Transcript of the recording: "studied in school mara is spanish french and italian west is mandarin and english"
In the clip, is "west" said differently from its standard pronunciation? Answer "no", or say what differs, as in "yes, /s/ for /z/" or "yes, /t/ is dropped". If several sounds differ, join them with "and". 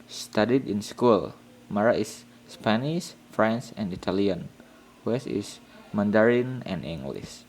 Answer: yes, /t/ is dropped